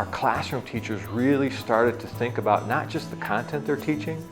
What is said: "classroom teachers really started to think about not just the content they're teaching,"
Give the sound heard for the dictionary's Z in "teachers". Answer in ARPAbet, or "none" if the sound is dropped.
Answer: Z